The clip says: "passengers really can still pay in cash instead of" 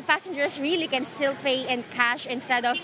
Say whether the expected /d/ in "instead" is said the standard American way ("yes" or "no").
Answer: yes